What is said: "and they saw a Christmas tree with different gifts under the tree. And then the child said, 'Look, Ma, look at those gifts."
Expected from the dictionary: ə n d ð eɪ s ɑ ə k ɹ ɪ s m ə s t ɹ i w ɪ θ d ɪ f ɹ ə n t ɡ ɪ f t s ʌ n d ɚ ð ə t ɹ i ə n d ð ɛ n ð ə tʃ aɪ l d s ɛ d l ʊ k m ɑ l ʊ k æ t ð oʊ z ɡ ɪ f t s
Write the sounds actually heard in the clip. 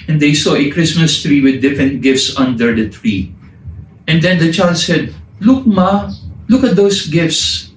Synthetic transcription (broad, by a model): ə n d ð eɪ s ɑ ə k ɹ ɪ s m ə s t ɹ i w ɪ d ɪ f ɹ ə n t ɡ ɪ f t s ʌ n d ɚ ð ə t ɹ i ə n d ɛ n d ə tʃ aɪ l d s ɛ d l ʊ k m ɑ l ʊ k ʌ t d oʊ s ɡ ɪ f t s